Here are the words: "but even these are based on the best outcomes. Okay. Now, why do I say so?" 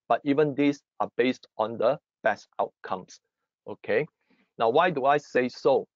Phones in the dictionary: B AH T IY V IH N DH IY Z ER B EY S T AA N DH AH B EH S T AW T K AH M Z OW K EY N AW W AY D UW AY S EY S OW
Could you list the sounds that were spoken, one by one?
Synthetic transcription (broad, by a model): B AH T IY V IH N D IY S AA B EY S T AA N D AH B EH S T AW T K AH M S OW K EY N AW W AY D UW AY S EY S OW